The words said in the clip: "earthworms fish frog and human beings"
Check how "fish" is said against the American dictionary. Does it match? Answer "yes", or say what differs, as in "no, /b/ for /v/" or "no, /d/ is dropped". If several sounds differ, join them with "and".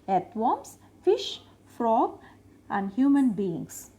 yes